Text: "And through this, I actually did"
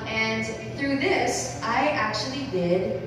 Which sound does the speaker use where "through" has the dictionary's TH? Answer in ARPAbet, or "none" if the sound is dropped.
TH